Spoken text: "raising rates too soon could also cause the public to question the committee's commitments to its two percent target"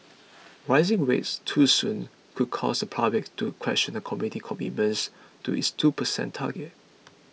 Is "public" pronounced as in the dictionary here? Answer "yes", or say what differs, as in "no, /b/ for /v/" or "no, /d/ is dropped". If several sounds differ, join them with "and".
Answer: no, /l/ is dropped